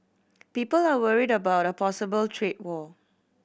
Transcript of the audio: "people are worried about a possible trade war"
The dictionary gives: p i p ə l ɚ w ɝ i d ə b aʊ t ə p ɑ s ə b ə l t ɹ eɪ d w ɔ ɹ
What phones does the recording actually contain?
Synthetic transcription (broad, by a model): p i p ə l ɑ w ɝ i d ə b aʊ t ə p ɑ s ə b ə l t ɹ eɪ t w ɔ